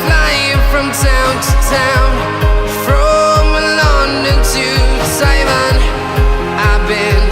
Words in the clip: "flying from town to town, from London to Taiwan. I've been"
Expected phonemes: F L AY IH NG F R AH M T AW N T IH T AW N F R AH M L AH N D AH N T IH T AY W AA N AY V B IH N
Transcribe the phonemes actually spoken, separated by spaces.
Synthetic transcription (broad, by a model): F L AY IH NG F R AH M T AW N T IH T AW N F R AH M L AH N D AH T IH S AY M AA N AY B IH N